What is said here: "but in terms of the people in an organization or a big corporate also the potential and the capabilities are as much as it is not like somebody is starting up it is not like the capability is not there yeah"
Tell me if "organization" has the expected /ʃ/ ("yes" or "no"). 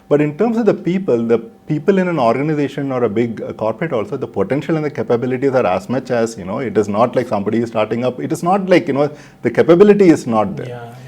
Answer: yes